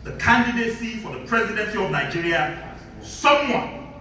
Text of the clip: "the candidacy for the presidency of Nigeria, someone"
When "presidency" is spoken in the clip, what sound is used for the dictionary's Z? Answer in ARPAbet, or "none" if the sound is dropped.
Z